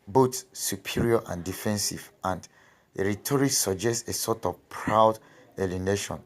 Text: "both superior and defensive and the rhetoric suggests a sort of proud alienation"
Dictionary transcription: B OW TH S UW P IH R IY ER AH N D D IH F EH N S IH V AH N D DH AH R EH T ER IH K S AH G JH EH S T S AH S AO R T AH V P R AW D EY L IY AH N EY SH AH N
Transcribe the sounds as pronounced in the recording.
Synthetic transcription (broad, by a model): B OW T S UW P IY R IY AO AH N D D IH F EH N S IH V AH N D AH R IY T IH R S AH JH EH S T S AH S AO T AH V P R AW D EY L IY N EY SH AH N